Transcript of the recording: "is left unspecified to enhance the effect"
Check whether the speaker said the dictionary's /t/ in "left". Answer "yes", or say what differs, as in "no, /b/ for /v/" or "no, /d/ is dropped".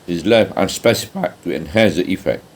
no, /t/ is dropped